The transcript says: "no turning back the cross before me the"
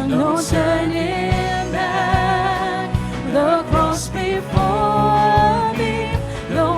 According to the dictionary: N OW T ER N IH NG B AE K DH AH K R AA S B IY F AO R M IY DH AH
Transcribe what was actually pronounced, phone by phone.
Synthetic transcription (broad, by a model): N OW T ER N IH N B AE DH AH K AA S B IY F AO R M IY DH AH